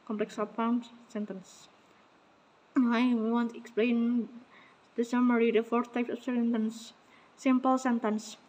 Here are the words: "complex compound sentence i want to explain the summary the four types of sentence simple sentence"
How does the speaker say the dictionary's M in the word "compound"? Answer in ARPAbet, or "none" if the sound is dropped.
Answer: none